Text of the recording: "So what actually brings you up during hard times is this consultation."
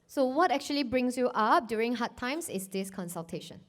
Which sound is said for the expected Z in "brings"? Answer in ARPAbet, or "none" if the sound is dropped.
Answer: S